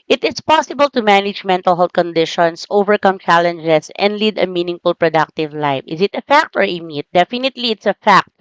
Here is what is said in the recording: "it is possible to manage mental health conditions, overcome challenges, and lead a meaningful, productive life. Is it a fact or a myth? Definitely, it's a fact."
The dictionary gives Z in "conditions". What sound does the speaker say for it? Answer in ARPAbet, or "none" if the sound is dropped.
S